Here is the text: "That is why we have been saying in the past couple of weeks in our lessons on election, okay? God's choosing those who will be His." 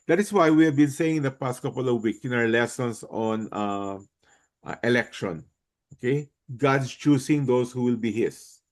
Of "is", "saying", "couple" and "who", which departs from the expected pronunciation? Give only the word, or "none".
is